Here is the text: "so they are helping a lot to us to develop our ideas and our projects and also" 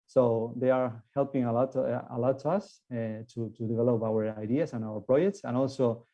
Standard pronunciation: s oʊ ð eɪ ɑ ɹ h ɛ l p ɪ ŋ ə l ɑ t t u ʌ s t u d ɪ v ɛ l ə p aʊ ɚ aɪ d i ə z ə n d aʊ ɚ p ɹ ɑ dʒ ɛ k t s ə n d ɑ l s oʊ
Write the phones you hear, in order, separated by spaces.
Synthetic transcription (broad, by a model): s oʊ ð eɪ ɑ ɹ h ɛ l p ɪ ŋ ə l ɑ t t u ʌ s t u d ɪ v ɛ l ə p aʊ ɚ aɪ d i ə s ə n aʊ ɚ p ɹ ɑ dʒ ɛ k t s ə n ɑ l s oʊ